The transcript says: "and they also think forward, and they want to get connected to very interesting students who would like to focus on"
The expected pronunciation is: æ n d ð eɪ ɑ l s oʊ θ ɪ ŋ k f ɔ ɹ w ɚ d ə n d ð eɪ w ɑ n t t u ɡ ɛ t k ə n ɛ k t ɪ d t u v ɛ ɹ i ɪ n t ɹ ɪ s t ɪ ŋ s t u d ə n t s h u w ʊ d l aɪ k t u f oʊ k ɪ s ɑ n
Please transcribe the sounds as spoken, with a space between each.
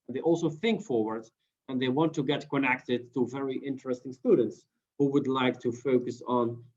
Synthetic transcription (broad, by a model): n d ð eɪ ɑ l s oʊ θ ɪ ŋ k f ɔ ɹ w ɚ d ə n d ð eɪ w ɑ n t t u ɡ ɛ t k ə n ɛ k t ɪ d t u v ɛ ɹ i ɪ n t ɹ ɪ s t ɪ ŋ s t u d ə n t s h u w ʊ d l aɪ k t u f oʊ k ɪ s n